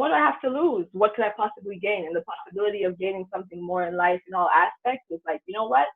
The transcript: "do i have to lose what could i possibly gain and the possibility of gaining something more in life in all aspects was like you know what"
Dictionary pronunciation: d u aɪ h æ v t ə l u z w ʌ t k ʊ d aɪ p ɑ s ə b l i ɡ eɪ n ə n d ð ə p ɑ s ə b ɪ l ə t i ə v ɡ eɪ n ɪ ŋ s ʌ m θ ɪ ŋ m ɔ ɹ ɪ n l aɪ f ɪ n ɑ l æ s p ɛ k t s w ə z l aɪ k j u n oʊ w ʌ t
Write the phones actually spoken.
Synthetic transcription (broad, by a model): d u aɪ h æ f t ə l u z w ʌ t k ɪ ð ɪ p ɑ s ə b l i ɡ eɪ n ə n ð ə p ɑ s ə b ɪ l ə t i ə v ɡ eɪ n ɪ ŋ s ʌ m θ ɪ ŋ m ɔ ɹ ɪ n l aɪ f ɪ n ɑ l æ s p ɛ k t s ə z l aɪ k j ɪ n oʊ w ʌ t